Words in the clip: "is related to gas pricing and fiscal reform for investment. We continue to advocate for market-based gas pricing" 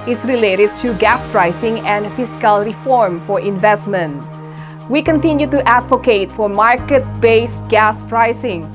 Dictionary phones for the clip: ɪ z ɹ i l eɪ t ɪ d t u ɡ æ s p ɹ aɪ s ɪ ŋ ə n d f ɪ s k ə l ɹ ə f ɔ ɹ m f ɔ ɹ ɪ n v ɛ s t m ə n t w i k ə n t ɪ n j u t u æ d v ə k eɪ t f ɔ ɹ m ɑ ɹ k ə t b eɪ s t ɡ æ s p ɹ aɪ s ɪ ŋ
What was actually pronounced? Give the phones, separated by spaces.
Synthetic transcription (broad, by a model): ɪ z ɹ i l eɪ t ɪ d t u ɡ æ s p ɹ aɪ s ɪ ŋ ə n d f ɪ s k ə l ɹ ə f ɔ ɹ m f ɔ ɹ ɪ n v ɛ s t m ə n t w i k ə n t ɪ n j u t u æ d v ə k eɪ t f ɔ ɹ m ɑ ɹ k ə t b eɪ s t ɡ æ s p ɹ aɪ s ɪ ŋ